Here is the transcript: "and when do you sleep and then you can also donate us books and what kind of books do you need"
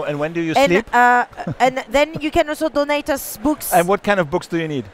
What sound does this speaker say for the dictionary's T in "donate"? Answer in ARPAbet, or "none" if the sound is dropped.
T